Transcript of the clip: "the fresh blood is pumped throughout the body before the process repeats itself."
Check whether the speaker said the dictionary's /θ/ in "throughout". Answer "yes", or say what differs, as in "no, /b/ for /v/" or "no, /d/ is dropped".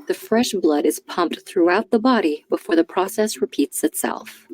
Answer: yes